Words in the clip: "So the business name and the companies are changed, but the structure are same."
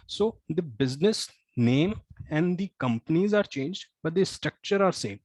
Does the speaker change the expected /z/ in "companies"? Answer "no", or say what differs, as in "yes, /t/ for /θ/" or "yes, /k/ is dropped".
no